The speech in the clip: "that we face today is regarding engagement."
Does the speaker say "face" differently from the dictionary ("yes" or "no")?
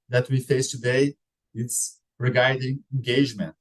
no